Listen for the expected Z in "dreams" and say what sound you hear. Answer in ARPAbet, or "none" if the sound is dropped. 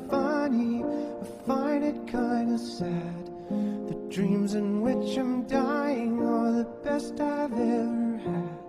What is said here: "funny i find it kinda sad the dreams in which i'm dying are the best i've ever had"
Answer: Z